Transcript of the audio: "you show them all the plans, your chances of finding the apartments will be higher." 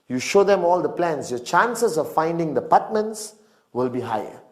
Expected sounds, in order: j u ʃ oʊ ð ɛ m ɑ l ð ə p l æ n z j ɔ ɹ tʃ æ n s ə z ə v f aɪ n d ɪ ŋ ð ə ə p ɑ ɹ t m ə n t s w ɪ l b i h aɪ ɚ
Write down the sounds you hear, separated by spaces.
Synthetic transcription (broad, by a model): j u ʃ oʊ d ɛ m ɑ l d ə p l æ n s j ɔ tʃ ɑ n s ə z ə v f aɪ n d ɪ ŋ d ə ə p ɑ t m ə n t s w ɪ l b i h aɪ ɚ